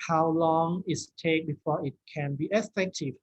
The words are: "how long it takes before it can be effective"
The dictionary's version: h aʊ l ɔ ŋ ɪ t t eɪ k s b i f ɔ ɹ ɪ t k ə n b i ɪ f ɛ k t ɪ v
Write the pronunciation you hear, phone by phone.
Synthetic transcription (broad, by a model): h aʊ l ɔ ŋ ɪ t t eɪ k b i f ɔ ɪ t k ə n b i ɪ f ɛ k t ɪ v